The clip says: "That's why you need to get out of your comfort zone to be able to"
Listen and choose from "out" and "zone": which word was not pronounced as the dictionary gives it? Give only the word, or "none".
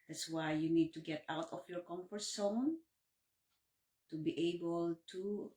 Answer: zone